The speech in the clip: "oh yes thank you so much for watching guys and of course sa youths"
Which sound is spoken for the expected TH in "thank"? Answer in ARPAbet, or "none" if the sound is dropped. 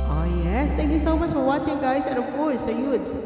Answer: T